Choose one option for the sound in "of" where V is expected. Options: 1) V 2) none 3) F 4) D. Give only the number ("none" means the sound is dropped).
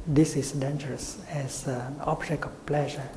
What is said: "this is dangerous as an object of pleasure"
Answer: 3